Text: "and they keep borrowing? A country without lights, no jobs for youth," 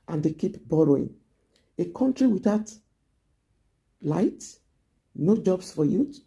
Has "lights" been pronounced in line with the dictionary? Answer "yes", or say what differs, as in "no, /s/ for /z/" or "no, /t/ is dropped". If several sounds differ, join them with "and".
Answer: no, /s/ is dropped